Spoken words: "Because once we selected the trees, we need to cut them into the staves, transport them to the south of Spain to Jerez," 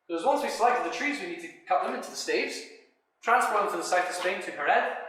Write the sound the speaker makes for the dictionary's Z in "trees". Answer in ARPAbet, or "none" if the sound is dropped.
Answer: Z